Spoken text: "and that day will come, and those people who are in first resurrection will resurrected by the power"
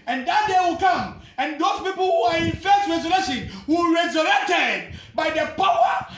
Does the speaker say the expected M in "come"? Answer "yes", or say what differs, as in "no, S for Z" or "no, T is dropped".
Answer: yes